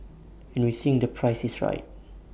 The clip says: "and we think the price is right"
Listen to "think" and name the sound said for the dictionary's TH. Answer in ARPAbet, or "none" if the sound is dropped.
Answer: S